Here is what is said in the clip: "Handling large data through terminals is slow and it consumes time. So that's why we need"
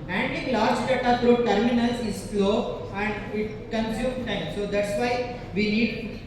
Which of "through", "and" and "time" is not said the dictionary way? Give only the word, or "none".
through